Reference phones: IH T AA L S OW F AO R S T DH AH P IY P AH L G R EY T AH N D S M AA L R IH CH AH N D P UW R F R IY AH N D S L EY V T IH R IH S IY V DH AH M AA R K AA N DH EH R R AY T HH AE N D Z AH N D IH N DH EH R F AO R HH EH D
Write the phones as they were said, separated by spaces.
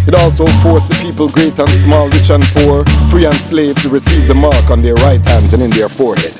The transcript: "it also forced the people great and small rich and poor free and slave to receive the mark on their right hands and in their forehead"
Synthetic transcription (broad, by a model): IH T AA L S OW F AO R S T DH AH P IY P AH L G R EY T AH N S M AA L R IH CH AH N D P UW R F R IY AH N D S L EY V T IH R IH S IY V DH AH M AA R K N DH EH R R AY T HH AE N D Z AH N IH N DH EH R F AO R HH EH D